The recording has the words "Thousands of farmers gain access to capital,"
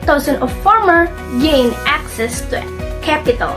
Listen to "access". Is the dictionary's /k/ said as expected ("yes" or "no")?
yes